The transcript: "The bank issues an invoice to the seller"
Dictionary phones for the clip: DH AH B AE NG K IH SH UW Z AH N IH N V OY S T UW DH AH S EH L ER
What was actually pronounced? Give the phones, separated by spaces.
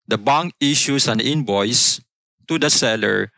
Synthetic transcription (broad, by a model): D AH B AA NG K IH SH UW S AH N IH N B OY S T UW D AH S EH L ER